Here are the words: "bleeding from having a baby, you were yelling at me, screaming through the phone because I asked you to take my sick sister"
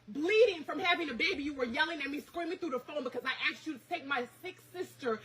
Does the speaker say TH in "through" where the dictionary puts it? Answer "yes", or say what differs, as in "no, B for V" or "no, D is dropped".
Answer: yes